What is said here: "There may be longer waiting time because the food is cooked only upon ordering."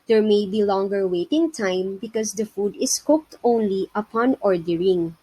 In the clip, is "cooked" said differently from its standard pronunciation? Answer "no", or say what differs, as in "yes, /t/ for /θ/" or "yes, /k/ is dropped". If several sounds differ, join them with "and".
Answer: no